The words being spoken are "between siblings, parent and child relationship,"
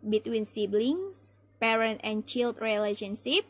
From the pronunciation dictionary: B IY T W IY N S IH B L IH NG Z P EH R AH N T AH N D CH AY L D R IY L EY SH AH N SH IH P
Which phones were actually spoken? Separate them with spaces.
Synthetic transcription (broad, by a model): B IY T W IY N S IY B L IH NG S P EH R AH N T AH N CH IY L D R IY L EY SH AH N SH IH P